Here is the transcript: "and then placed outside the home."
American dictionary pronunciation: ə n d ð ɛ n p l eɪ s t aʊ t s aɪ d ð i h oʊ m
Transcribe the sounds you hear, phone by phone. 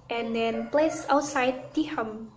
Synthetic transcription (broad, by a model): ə n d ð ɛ n p l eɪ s aʊ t s aɪ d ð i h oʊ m